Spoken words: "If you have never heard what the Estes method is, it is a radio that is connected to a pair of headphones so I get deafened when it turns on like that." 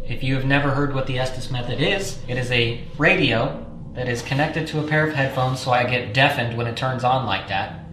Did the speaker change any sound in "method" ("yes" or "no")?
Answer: no